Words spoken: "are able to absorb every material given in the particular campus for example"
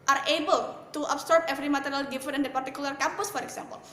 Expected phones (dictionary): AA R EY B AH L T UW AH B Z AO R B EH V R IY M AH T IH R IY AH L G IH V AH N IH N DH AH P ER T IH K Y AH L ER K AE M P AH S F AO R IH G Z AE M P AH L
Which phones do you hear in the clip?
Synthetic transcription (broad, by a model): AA R EY B AH L T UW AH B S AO R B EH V R IY M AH T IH R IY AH L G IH F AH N IH N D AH P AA T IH K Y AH L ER K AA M P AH S F AO R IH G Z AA M P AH L